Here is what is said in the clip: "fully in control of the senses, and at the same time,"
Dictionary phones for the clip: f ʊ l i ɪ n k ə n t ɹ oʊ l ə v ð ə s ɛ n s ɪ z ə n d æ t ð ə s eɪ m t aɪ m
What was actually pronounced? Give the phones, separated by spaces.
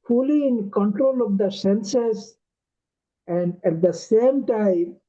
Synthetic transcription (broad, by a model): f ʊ l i ɪ n k ə n t ɹ oʊ l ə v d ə s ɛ n s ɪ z ə n d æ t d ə s eɪ m t aɪ m